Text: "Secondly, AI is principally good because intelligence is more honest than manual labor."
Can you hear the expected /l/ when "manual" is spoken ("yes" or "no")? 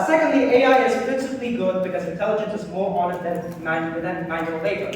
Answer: no